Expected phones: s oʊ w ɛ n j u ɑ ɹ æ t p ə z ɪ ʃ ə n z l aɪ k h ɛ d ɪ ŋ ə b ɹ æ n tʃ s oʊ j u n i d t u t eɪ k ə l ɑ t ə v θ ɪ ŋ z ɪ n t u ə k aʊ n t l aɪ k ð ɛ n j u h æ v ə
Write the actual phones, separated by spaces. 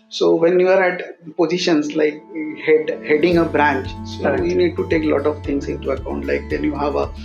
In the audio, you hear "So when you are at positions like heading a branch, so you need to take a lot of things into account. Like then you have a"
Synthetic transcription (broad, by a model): s oʊ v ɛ n j u ɑ ɹ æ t p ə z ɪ ʃ ə n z l aɪ k h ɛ d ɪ ŋ ə b ɹ æ n tʃ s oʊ j u n i d t u t eɪ k l ɑ t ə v t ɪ ŋ s ɪ n t u ə k aʊ n t l aɪ k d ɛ n j u h æ v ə